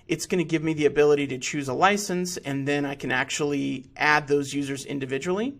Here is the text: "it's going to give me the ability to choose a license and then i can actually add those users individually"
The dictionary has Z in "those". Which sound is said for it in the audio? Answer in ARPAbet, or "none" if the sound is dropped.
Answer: Z